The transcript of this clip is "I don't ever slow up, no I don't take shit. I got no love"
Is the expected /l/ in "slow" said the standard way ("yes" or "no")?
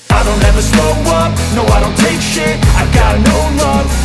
no